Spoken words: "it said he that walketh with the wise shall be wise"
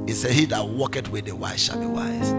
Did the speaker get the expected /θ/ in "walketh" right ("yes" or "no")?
no